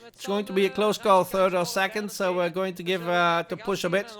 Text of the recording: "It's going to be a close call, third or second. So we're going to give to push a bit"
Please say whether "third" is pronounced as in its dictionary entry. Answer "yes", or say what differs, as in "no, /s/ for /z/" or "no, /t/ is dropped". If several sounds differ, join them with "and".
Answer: yes